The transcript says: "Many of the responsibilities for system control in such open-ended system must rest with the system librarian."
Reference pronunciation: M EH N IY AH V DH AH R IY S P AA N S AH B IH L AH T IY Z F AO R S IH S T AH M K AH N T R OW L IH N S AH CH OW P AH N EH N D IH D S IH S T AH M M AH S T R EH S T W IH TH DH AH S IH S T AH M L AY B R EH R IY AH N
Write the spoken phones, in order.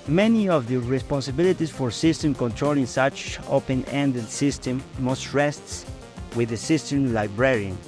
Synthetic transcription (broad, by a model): M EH N IY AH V DH AH R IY S P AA N S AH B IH L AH T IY S F AO R S IH S T AH M K AH N T R OW L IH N S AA CH OW P AH N EH N D IH D S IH S T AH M M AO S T R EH S T W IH DH AH S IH S T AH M L AY B R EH R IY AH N